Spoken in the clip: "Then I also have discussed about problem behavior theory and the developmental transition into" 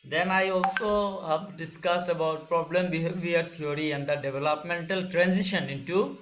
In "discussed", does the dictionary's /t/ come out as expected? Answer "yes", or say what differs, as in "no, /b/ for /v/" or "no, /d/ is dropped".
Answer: yes